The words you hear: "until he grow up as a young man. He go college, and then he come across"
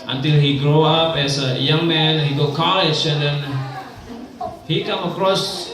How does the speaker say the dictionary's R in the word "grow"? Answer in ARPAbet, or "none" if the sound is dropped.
R